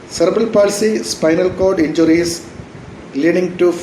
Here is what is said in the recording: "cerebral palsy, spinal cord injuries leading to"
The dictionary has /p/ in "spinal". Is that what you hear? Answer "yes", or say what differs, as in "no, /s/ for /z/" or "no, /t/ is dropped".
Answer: yes